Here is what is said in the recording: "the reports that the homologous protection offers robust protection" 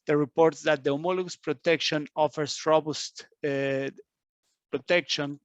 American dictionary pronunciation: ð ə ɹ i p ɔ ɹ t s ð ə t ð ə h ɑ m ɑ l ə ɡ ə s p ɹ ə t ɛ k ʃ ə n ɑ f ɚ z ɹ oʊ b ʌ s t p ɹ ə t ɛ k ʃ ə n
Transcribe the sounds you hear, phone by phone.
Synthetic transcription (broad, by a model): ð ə ɹ i p ɔ ɹ t s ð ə t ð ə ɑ m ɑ l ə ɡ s p ɹ ə t ɛ k ʃ ə n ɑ f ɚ s ɹ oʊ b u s t p ɹ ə t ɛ k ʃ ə n